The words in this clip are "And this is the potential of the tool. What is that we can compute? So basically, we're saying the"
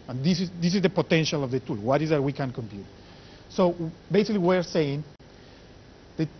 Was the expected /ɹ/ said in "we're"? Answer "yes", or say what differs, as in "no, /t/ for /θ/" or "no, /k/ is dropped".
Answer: yes